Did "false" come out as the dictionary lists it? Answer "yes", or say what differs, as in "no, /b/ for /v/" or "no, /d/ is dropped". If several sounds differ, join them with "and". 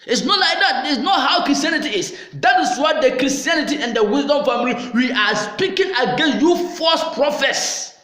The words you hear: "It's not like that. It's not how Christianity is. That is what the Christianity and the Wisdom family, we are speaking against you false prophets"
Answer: no, /l/ is dropped